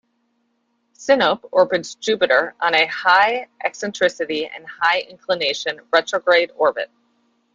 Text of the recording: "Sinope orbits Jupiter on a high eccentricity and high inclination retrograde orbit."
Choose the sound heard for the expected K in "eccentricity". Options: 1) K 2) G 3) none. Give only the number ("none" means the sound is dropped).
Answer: 1